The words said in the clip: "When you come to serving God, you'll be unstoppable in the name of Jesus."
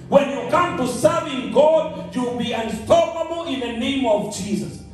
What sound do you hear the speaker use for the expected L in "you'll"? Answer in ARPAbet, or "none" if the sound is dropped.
W